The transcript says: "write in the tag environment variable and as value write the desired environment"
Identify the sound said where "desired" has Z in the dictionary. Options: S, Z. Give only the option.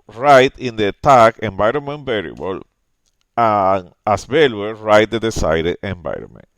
S